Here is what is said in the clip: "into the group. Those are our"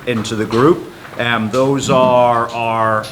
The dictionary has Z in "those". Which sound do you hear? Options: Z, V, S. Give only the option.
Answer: Z